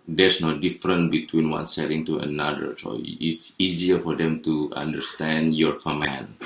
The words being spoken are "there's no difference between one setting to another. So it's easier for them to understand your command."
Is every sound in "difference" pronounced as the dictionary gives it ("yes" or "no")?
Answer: no